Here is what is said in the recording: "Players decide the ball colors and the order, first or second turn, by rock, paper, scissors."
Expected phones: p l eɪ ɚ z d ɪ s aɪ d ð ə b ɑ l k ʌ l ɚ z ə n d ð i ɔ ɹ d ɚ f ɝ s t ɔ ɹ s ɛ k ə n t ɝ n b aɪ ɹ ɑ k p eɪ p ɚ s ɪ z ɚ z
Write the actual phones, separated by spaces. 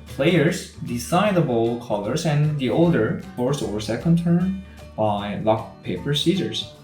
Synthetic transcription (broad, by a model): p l eɪ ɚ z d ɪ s aɪ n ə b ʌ l k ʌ l ɚ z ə n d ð i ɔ l d ɚ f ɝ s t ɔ ɹ s ɛ k ə n t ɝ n b aɪ l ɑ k p eɪ p ɚ s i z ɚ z